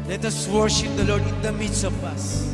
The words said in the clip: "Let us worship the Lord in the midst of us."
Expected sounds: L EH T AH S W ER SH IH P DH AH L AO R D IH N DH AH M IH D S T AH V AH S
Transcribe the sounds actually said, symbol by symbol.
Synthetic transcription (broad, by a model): L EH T AH S W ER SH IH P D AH L AO R D IH N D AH M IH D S AH P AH S